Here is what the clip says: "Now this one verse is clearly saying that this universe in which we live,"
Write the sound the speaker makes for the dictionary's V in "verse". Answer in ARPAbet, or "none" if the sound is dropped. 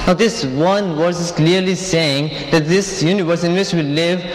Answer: W